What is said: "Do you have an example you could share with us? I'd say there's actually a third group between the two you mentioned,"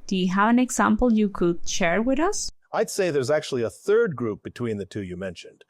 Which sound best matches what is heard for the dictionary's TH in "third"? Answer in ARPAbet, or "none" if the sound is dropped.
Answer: TH